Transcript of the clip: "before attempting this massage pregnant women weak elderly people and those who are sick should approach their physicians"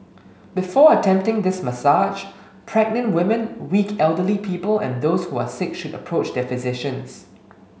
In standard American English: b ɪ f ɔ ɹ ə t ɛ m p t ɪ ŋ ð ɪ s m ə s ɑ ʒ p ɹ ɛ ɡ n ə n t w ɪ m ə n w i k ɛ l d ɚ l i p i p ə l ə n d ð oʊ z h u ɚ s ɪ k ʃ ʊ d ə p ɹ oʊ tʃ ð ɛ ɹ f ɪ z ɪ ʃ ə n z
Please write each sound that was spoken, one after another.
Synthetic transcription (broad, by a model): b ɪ f ɔ ə t ɛ m p t ɪ ŋ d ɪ s m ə s ɑ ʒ p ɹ ɛ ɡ n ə n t w ɪ m ə n w i k ɛ l d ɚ l i p i p ə l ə n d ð oʊ s h u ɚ s ɪ k ʃ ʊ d ə p ɹ oʊ tʃ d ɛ f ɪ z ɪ ʃ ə n s